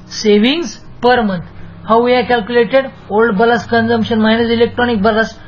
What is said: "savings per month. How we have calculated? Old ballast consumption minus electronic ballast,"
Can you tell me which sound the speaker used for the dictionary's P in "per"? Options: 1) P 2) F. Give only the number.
1